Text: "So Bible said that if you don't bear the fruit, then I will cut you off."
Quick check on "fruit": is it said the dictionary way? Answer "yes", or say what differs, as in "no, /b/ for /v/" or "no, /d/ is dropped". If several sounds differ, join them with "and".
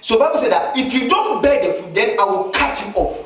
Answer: no, /ɹ/ is dropped